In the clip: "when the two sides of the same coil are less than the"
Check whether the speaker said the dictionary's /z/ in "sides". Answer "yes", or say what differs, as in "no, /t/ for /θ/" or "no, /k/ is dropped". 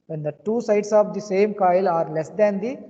no, /s/ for /z/